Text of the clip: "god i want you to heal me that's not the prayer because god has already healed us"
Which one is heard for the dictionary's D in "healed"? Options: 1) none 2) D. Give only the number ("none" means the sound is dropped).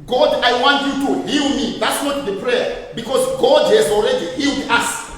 2